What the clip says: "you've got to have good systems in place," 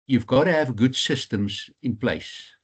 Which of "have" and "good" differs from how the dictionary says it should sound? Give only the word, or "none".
none